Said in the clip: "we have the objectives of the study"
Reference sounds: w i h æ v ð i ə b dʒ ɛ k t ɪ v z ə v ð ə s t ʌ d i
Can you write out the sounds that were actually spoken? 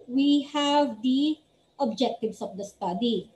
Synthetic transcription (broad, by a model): w i h æ v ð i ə b dʒ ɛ k t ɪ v s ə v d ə s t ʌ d i